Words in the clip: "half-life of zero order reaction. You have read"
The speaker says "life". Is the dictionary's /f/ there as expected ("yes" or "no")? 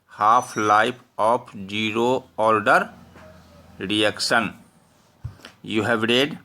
no